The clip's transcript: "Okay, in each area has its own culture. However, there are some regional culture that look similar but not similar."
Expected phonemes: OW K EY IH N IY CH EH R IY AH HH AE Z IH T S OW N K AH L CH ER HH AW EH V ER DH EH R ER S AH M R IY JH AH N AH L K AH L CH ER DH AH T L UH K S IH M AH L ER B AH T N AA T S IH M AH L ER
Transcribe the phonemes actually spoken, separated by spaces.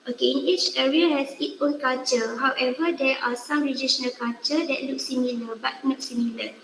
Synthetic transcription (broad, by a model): OW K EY IH N IY CH EH R IY AH HH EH S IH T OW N K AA L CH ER HH AW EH V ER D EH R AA S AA M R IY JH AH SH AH N K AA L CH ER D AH T L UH K S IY M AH L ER B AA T N AA T S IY M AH L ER